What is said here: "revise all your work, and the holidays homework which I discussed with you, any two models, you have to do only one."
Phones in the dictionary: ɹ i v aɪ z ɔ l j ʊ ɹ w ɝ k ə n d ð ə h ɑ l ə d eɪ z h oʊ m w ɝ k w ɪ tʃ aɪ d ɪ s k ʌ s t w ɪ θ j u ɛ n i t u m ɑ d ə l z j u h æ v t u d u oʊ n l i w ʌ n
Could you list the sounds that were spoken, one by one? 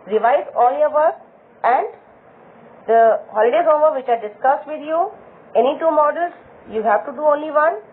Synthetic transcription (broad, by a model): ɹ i v aɪ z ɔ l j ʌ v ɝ ə n d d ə h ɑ l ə d eɪ h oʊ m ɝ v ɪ tʃ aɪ d ɪ s k ʌ s t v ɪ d j u ɛ n i t u m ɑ d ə l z j u h æ v t u d u oʊ n l i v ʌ n